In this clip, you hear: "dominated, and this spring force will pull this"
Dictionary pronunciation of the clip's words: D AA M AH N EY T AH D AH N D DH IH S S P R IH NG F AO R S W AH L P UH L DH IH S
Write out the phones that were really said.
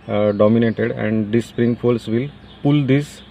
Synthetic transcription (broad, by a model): D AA M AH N EY T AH D AH N D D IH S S P R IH NG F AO L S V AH L P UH L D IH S